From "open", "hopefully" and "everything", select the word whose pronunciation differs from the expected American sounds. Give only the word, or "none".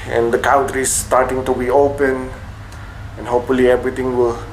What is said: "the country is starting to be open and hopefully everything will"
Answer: everything